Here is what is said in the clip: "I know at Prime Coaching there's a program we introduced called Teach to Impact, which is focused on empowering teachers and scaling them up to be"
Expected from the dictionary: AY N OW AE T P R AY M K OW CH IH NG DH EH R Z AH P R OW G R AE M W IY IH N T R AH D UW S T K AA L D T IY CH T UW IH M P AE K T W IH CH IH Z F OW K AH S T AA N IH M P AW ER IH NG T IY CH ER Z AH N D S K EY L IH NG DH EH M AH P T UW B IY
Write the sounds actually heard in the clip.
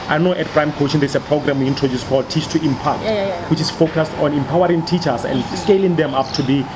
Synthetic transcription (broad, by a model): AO N OW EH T P R AY M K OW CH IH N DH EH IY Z AH P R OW G R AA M W IY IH N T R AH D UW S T K AA L D T IY CH T UW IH M P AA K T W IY CH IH S F OW K AH S T AA N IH M P AW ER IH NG T IY CH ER S AH N D S K EY L IH NG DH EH M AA P T UW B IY